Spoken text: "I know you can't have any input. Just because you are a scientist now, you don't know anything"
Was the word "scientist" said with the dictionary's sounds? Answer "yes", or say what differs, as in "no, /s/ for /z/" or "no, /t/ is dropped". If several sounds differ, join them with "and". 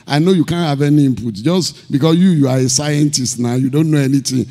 yes